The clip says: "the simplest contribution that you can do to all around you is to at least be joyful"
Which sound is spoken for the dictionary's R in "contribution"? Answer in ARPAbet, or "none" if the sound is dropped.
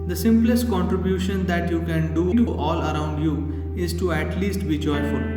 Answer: R